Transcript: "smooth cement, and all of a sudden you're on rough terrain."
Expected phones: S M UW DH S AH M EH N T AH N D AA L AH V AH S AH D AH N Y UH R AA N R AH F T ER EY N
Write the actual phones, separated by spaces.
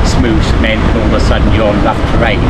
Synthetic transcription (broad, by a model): S M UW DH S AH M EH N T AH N AA L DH AH S AH D N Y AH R AA N L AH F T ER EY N